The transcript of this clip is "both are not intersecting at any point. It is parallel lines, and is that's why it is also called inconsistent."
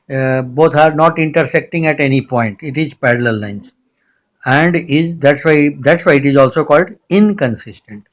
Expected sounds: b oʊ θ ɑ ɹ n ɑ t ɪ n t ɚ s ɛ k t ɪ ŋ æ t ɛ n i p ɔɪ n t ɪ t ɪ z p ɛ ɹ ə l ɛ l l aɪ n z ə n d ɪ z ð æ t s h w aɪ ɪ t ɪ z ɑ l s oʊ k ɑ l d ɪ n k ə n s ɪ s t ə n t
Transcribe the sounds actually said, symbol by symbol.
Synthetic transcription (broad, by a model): b oʊ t ɑ ɹ n ɑ t ɪ n t ɚ s ɛ k t ɪ ŋ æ t ɛ n i p ɔɪ n t ɪ t ɪ z p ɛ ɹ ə l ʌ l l aɪ n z ə n d ɪ z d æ t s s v aɪ ɪ t ɪ z ɑ l s oʊ k ɑ l d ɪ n k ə n s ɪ s t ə n t